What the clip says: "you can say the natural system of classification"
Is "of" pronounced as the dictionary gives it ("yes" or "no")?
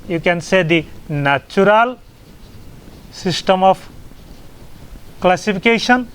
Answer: no